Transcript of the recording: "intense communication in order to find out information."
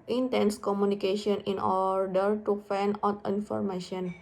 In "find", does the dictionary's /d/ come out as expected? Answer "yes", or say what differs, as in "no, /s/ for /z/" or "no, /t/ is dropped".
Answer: no, /d/ is dropped